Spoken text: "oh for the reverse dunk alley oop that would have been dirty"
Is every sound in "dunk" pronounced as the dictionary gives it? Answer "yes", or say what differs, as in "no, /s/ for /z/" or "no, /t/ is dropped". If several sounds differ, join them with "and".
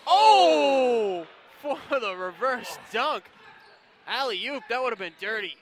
yes